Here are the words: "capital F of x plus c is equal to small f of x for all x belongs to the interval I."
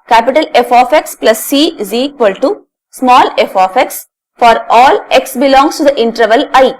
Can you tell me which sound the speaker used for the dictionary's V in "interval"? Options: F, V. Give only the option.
V